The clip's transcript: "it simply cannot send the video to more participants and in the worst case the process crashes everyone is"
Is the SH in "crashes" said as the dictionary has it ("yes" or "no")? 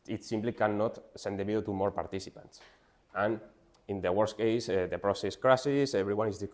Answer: no